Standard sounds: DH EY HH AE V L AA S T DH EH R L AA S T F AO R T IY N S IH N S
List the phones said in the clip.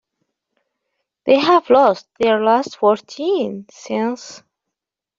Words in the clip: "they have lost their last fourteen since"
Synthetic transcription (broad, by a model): DH EY HH AE V L AA S T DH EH R L AA S T F AO R T IY N S IH N S